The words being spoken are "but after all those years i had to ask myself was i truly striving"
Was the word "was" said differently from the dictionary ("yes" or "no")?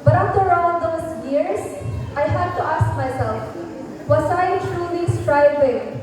yes